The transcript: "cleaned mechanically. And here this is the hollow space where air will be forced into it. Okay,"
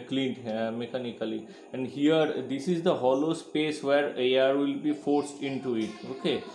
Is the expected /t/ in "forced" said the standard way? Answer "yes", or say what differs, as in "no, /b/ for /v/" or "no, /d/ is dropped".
yes